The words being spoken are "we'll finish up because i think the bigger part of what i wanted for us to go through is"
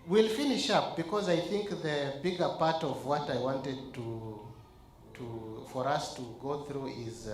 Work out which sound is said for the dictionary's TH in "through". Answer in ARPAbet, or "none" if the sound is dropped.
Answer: TH